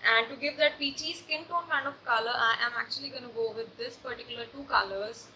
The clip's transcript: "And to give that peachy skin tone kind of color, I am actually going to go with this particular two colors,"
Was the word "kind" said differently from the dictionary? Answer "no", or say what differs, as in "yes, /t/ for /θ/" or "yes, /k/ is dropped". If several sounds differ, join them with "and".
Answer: yes, /d/ is dropped